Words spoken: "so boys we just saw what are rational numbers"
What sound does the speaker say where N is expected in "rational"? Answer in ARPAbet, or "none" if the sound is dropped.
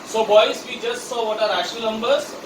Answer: none